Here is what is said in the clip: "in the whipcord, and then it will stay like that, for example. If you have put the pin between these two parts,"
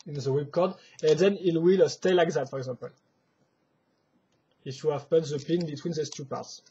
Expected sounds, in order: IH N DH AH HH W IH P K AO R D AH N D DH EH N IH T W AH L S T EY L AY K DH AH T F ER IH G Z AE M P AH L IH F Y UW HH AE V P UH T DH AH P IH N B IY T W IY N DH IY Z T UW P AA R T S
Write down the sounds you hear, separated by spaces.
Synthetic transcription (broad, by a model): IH N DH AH W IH B K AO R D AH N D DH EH N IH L W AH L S T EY L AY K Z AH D F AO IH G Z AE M P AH L IH F Y UW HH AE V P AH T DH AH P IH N B IY T W IY N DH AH S T UW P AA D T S